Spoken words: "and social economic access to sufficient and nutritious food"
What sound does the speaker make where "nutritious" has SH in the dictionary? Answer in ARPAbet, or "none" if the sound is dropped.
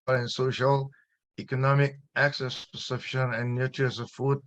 none